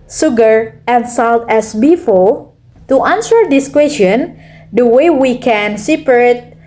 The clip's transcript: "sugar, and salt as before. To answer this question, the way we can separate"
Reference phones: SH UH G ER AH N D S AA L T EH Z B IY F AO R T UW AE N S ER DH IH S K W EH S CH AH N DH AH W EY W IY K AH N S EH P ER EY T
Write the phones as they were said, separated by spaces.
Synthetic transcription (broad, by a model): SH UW G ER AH N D S AA L T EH S B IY F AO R T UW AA N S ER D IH S K W EH S CH AH N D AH W EY W IY K AH N S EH P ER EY T